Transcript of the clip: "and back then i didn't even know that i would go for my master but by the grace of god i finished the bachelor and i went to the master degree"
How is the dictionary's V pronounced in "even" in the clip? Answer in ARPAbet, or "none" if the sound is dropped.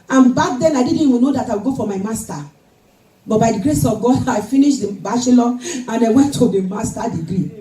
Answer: W